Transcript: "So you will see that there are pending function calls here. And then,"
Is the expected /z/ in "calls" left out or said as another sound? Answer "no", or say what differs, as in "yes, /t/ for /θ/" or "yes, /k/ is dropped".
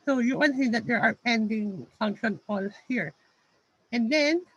yes, /z/ is dropped